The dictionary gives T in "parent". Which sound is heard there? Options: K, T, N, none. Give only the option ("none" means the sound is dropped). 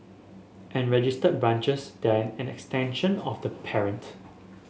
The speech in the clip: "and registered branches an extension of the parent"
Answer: T